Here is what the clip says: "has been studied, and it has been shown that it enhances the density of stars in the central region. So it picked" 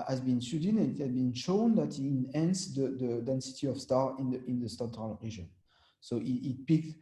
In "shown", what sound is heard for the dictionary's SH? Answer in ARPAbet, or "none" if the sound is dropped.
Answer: SH